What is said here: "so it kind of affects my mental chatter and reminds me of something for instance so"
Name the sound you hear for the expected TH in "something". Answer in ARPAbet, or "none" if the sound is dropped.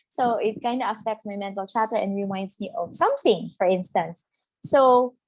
TH